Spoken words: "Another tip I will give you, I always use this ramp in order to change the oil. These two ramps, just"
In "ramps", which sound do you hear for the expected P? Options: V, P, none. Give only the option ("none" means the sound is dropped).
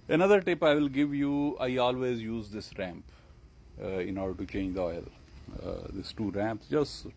P